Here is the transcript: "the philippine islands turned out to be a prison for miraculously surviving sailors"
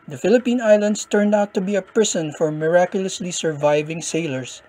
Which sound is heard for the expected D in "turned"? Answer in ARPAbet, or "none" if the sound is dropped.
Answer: D